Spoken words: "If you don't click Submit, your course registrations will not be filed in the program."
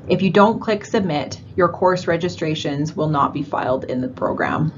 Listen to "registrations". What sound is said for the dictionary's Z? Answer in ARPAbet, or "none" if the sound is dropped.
Z